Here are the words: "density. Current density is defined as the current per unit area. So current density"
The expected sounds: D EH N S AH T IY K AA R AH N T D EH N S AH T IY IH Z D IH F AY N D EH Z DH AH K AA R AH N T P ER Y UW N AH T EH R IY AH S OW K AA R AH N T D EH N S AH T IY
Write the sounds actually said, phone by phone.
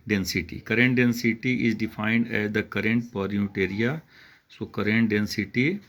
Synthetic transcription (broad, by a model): D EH N S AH T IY K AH R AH N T D EH N S AH T IY IH Z D IH F AY N D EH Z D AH K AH R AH N T P ER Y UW T EH R IY AH S OW K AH R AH N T D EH N S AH T IY